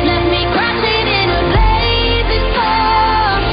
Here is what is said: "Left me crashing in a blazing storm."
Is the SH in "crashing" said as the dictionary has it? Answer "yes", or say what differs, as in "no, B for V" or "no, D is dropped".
no, S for SH